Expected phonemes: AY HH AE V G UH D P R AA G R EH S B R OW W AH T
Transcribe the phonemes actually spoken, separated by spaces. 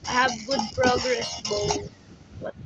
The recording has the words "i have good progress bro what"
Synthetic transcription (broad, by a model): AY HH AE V G UH D P R AA G R EH S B OW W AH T